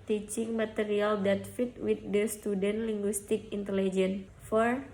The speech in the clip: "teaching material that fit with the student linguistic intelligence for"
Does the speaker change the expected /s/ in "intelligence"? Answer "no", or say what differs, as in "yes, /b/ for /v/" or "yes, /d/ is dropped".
yes, /s/ is dropped